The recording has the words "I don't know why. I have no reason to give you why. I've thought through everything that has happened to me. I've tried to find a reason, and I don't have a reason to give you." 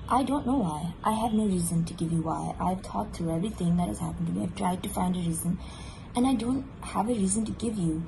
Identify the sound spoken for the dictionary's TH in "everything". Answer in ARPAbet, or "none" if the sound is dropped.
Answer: TH